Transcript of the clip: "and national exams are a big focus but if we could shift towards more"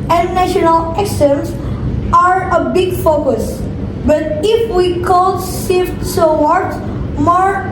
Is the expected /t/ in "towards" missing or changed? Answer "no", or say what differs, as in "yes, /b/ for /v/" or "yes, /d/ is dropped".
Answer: yes, /s/ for /t/